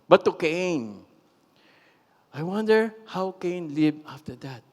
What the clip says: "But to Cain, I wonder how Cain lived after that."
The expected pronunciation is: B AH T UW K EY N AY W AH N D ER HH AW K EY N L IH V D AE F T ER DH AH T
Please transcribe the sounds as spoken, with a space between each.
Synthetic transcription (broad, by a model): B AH T UW K EY N AY W AH N D ER HH AW K EY N L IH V AA F T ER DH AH T